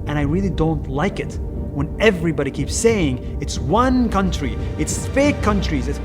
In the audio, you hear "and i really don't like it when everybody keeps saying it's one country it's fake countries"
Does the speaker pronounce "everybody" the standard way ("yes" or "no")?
yes